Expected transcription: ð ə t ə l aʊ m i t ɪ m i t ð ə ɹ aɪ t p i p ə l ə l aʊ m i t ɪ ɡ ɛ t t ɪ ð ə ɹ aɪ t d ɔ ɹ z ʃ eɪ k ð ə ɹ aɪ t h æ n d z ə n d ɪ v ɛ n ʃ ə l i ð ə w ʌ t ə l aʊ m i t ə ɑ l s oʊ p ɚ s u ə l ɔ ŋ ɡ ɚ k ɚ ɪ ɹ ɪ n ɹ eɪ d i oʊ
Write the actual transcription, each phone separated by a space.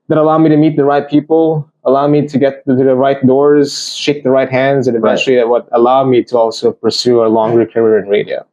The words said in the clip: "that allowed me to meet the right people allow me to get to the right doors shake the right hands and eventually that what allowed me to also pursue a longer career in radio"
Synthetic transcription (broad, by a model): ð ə t ə l aʊ m i t ɪ m i t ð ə ɹ aɪ t p i p l ə l aʊ m i t ɪ ɡ ɛ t t ɪ ð ə ɹ aɪ t d ɔ ɹ z ʃ eɪ k ð ə ɹ aɪ t h æ n d z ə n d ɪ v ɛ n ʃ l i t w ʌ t ə l aʊ m i t ə ɑ l s oʊ p ɚ s u ə l ɔ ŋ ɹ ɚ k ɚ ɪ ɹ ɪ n ɹ eɪ d i oʊ